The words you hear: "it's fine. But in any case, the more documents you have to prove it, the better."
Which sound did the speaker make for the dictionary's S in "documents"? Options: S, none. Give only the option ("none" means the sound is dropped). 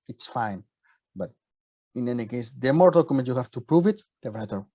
none